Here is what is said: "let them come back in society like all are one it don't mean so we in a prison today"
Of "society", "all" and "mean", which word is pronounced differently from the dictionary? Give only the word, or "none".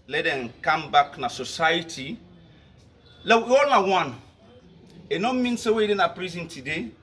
all